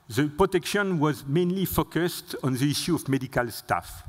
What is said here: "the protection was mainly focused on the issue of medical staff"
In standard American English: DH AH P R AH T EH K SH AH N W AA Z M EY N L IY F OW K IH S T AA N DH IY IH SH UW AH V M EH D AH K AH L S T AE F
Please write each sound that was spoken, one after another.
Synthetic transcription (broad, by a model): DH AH P R AH T EH K SH AH N W AA Z M EY N L IY F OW K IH S T AA N DH IY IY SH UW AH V M EH D AH K AH L S T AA F